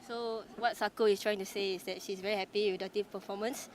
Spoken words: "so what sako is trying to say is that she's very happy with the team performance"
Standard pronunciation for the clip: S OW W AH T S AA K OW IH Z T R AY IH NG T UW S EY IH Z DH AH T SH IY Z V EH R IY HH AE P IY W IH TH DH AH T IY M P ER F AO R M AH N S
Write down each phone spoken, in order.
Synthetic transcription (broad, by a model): S OW W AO T S AA K OW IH S T R AY IH NG T UW S EY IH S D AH T SH IY S V EH R IY HH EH P IY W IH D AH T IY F P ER F AO M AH N S